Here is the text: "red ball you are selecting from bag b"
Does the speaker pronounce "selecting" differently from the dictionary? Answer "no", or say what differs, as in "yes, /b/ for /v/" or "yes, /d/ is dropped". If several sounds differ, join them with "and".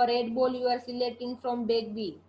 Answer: yes, /k/ is dropped